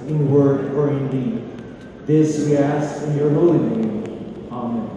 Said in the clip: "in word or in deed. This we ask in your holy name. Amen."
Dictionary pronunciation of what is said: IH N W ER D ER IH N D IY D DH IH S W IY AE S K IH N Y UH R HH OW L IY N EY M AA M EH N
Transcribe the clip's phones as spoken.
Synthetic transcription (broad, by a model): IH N W ER D ER IH N D IY D DH IH S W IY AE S IH N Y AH R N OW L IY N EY AA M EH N